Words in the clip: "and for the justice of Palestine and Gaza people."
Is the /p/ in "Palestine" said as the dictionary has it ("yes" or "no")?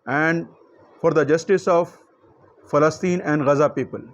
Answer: no